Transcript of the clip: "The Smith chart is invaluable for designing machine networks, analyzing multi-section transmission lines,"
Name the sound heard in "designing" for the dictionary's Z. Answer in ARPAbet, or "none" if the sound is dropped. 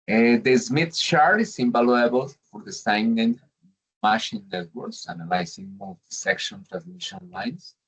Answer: S